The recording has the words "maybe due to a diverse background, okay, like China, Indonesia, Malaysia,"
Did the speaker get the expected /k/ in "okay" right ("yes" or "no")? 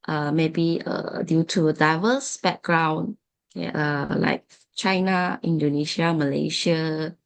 no